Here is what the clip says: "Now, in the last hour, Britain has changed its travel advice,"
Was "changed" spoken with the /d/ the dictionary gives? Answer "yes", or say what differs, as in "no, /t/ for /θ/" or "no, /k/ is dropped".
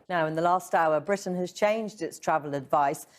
yes